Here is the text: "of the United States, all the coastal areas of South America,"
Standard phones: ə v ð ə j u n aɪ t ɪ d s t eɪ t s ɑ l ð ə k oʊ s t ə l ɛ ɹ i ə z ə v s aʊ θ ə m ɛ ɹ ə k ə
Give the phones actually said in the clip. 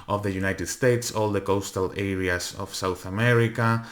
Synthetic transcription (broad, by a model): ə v ð ə j u n aɪ t ɪ d s t eɪ t s ɑ l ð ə k oʊ s t ə l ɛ ɹ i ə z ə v s aʊ θ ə m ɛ ɹ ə k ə